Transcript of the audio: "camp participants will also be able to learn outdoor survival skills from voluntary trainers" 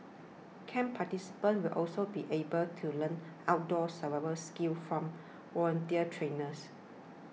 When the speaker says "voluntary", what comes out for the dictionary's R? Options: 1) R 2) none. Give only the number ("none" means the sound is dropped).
2